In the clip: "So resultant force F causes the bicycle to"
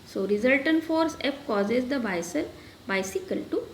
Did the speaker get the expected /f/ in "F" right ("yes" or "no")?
no